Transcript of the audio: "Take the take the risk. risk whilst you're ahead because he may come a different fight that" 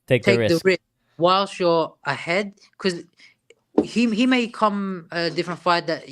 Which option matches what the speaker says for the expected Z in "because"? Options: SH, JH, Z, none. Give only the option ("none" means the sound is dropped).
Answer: none